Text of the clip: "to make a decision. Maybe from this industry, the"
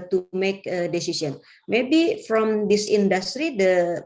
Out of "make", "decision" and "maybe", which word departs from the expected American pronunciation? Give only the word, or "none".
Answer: decision